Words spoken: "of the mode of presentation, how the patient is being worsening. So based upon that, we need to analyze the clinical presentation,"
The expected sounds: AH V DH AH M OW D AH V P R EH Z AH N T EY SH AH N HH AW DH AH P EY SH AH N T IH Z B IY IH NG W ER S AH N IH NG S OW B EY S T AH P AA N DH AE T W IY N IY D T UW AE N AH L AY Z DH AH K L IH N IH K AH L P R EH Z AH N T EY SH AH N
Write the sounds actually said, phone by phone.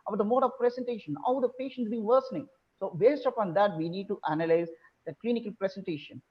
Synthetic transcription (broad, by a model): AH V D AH M OW D AH V P R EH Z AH N T EY SH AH N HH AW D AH P EY SH AH N T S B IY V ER S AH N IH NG S OW B EY S T AH P AA N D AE T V IY N IY D T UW AE N AH L AY Z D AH K L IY N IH K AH L P R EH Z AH N T EY SH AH N